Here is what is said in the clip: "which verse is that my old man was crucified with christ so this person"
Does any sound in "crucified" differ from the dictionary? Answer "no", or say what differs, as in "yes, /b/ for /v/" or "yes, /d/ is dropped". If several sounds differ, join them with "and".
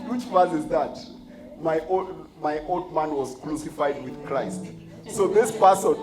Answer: yes, /l/ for /ɹ/